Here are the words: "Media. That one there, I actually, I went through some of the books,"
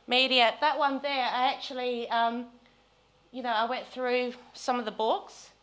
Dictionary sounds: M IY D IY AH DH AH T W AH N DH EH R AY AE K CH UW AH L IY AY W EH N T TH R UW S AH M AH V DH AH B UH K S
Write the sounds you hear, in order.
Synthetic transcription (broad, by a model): M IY D IY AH DH AH T W AH N DH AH R AY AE K CH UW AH N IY AY W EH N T TH R UW S AH M AH V DH AH B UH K S